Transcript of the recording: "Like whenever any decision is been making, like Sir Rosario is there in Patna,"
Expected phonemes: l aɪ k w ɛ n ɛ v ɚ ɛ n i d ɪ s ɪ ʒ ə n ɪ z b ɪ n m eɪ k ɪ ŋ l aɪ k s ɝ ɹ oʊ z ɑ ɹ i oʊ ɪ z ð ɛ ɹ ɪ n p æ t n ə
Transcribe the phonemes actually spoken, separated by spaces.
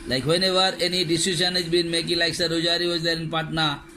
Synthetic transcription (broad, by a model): l aɪ k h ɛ n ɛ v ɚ ɛ n i d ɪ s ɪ ʃ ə n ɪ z b ɪ n m eɪ k ɪ ŋ l aɪ k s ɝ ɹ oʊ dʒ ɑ ɹ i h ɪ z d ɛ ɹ ɪ n p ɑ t n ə